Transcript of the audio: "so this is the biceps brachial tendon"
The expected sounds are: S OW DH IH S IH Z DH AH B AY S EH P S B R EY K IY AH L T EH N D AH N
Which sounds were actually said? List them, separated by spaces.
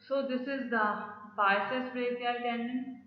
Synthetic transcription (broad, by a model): S OW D IH S IH Z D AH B AY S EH S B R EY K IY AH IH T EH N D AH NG